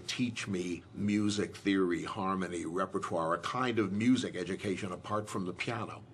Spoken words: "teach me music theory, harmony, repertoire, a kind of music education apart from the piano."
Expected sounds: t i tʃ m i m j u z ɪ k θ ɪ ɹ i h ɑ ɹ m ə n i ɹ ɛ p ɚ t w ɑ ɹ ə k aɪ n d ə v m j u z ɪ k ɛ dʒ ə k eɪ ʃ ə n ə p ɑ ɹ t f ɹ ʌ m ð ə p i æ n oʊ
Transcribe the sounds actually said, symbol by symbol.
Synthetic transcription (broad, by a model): t i tʃ m i m j u z ɪ k θ ɪ ɹ i h ɑ ɹ m ə n i ɹ ɛ p ɚ t w ɑ ɹ ə k aɪ n d ə v m j u z ɪ k ɛ dʒ ə k eɪ ʃ ə n ə p ɑ ɹ t f ɹ ʌ m ð ə p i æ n oʊ